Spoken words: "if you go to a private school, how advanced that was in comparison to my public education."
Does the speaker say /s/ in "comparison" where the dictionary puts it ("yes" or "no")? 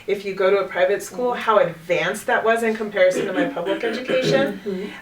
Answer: yes